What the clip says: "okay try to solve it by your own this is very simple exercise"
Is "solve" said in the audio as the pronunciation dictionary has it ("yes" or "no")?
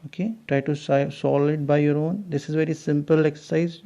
no